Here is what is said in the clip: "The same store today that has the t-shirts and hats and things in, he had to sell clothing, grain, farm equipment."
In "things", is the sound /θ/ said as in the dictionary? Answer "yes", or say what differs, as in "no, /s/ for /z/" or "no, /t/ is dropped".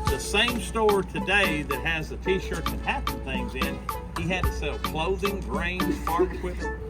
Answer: yes